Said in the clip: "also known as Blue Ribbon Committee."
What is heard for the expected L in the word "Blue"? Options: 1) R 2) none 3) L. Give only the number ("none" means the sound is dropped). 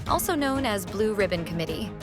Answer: 3